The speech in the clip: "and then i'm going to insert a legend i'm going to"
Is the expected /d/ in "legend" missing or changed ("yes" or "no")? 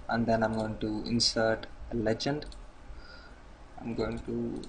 no